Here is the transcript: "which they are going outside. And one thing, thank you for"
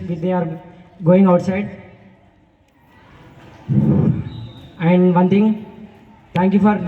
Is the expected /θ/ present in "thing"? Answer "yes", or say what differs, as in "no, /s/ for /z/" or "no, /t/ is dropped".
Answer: no, /t/ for /θ/